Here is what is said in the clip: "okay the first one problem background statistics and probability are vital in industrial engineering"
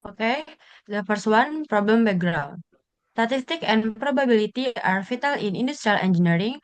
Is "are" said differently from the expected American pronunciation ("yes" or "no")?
no